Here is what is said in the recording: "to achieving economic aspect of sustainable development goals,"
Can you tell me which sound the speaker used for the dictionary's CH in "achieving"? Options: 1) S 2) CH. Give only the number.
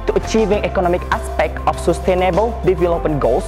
2